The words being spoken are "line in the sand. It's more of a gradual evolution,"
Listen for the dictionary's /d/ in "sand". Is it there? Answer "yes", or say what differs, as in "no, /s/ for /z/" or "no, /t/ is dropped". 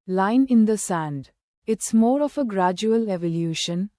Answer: yes